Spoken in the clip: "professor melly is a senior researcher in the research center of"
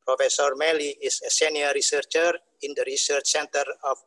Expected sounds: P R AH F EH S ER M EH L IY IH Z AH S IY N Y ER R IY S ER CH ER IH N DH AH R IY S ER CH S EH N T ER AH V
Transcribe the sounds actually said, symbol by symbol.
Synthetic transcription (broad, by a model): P R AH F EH S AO M EH L IY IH S AH S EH N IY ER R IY S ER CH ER IH N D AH R IY S ER CH S EH N T ER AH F